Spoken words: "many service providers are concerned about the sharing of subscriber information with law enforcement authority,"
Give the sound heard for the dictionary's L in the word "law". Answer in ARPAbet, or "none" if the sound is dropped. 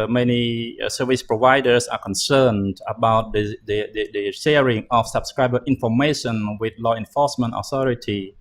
L